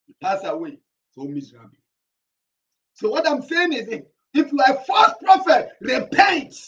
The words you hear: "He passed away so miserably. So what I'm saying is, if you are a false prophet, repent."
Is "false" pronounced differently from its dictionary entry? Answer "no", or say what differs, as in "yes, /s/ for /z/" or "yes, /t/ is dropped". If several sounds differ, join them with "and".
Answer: yes, /l/ is dropped